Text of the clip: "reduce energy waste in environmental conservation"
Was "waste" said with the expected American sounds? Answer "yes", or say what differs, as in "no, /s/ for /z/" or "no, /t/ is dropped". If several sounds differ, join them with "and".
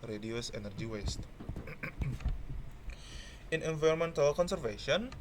yes